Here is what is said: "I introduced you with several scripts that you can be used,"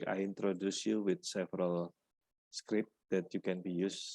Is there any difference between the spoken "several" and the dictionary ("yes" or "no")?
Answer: no